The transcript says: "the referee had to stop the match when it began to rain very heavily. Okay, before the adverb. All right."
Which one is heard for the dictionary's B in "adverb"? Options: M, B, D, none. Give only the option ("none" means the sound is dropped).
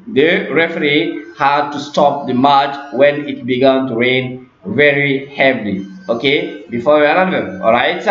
none